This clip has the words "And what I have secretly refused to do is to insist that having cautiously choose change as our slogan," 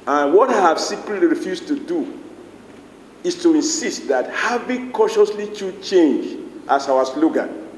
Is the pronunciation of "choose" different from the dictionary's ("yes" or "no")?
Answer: yes